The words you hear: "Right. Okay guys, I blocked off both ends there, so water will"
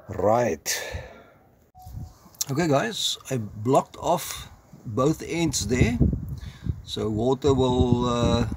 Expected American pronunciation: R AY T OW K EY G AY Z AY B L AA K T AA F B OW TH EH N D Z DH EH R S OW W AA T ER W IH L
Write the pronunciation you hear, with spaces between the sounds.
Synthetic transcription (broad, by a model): R AY T OW K EY G AY Z AY B L AA K T AA F B OW TH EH N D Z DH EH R S OW W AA T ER W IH L